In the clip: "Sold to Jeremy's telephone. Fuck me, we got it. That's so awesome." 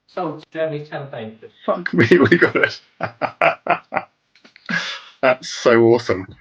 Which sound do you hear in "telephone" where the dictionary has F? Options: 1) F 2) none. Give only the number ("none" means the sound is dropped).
2